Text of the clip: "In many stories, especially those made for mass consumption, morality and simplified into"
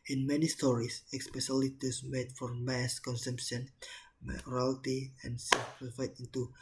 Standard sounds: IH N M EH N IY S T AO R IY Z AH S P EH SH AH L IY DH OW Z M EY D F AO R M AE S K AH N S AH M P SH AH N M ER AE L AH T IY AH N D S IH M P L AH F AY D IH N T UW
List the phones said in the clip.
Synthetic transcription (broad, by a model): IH N M EH N IY S T AO R IY S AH S P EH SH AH L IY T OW S M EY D F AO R M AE S K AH N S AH M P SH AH N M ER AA L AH T IY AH N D S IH P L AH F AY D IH N T UW